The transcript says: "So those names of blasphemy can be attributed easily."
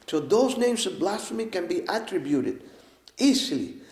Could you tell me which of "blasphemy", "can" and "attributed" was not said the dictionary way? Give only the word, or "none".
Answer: blasphemy